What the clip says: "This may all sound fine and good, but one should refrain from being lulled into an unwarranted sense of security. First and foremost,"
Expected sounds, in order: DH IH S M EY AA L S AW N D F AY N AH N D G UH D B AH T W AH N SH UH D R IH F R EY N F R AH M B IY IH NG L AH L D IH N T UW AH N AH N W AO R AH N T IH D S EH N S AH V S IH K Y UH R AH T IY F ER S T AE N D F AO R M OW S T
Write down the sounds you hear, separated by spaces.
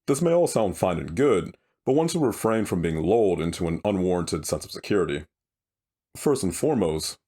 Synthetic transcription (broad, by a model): DH IH S M EY AA L S AW N D F AY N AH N G UH D B AH T W AH N S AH R IH F R EY N F R AH M B IY IH NG L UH L D IH N T UW AH N AH N W AO R AH N T IH D S EH N S AH V S IH K Y UH R AH T IY F ER S T N F AO R M OW S T